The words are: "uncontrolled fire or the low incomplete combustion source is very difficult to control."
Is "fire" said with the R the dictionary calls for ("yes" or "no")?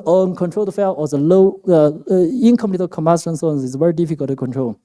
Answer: no